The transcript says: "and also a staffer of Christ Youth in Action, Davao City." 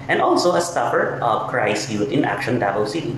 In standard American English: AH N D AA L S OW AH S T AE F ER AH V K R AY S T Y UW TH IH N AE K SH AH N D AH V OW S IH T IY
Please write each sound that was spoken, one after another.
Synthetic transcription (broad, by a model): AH N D AA L S OW AH S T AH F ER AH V K R AY S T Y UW T IH N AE K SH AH N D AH B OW S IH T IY